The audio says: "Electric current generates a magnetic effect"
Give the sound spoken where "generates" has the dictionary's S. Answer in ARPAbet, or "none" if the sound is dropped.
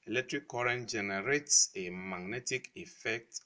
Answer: S